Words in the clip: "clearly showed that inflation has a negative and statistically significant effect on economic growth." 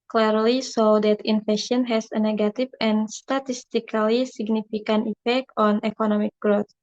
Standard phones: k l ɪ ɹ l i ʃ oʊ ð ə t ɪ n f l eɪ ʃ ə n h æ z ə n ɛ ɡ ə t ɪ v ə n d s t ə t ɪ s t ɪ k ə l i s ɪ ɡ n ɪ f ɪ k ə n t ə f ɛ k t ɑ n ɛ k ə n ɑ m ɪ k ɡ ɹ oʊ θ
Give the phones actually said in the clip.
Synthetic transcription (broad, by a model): k l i ɹ l i s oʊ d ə t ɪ n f eɪ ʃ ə n h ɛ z ə n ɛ ɡ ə t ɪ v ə n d s t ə t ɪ s t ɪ k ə l i s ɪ ɡ n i f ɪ k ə n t ə f ɛ k t ɑ n ɛ k ə n ɑ m ɪ k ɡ ɹ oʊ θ